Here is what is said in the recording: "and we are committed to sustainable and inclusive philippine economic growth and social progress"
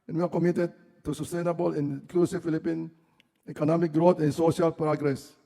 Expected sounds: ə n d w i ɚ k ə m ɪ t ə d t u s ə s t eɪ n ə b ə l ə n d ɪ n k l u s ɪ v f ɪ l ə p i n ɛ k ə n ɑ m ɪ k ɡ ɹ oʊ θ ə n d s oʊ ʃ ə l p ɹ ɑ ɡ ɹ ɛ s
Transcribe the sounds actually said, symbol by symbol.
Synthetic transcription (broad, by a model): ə n w i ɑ k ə m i t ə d t u s ə s t eɪ n ə b ə l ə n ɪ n k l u s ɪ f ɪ l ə p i n ɛ k ə n ɑ m ɪ k ɡ ɹ oʊ t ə n s oʊ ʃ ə l p ɹ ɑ ɡ ɹ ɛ s